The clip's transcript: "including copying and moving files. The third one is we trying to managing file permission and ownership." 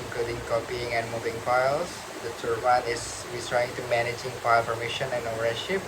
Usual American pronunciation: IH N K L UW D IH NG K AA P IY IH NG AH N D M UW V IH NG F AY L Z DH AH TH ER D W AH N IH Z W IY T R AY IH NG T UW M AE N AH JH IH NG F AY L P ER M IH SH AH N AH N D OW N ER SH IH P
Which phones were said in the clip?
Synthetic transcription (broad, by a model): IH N K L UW D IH NG K AA P IY IH NG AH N M UW V IH NG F AY L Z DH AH T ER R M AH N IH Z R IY T R AY IH NG T UW M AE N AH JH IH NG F AY L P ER M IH SH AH N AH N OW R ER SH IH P